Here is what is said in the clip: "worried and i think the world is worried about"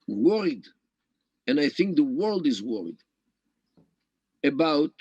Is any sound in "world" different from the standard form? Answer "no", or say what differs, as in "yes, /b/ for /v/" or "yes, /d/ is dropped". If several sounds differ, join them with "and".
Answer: no